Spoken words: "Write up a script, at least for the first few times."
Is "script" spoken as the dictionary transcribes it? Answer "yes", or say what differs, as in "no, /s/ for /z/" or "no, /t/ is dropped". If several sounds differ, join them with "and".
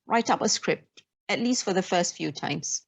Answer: yes